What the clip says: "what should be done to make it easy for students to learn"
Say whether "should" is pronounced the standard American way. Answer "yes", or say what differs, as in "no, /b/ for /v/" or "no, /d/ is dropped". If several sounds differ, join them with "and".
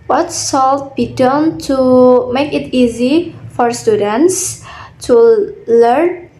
no, /s/ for /ʃ/